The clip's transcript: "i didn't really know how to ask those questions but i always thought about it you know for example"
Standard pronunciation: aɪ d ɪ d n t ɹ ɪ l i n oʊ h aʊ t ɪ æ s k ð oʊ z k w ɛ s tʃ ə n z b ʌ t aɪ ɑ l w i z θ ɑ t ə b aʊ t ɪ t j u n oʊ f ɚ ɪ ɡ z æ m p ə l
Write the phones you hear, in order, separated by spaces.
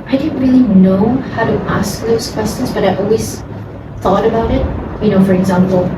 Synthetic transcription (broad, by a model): aɪ d ɪ d n t ɹ ɪ l i n oʊ h aʊ t ɪ æ s k ð oʊ z k w ɛ s tʃ ə n z b ʌ t aɪ ɑ l w i z θ ɑ t ə b aʊ t ɪ t j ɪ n oʊ f ɚ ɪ ɡ z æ m p l